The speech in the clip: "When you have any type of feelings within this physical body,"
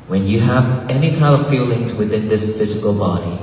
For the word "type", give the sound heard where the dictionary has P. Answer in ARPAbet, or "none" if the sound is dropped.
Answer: none